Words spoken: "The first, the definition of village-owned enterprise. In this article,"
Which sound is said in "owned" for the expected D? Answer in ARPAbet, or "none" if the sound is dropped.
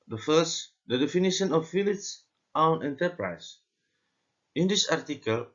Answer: none